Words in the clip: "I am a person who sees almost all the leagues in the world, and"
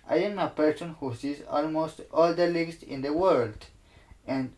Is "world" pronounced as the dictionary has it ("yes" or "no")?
yes